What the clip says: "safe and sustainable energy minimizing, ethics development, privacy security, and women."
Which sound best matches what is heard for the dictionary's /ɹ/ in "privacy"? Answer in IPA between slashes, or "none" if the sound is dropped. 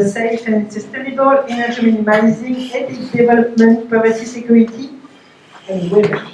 none